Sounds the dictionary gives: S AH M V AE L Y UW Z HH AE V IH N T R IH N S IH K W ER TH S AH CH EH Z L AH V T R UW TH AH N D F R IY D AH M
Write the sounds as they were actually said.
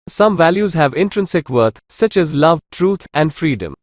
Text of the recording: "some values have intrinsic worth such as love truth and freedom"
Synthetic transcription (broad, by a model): S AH M V AE L Y UW Z HH AE V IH N T R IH N S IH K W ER T S AH CH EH Z L AH V T R UW T AH N D F R IY D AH M